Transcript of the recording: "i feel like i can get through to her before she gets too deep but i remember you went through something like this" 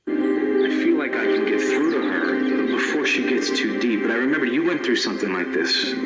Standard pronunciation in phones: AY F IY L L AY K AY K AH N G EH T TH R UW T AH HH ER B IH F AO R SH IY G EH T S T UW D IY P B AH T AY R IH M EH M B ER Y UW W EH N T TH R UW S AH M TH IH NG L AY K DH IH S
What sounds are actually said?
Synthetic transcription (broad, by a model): AY F IY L L AY K AY K AH N G EH T TH R UW T AH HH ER B IH F AO R SH IY G EH T S T UW D IY P B AH T AY R IH M EH M B ER Y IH W EH N TH R UW S AH M TH IH NG L AY K DH IH S